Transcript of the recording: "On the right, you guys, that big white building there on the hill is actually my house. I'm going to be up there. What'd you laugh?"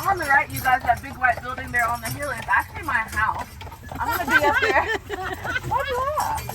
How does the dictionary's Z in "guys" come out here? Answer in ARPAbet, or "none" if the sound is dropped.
Z